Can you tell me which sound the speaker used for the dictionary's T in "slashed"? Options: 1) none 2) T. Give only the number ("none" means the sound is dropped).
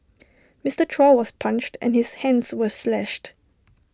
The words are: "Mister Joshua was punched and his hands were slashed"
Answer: 2